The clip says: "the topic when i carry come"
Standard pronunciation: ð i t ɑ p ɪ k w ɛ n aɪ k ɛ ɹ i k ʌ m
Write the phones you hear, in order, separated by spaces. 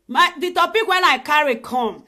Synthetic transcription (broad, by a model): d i t ɑ p ɪ k w ɛ n aɪ k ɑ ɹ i k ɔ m